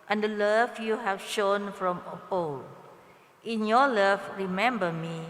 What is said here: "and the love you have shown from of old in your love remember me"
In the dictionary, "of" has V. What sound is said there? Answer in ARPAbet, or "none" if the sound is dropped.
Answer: P